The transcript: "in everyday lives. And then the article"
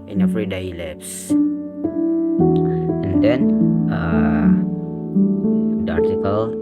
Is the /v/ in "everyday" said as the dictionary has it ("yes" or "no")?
no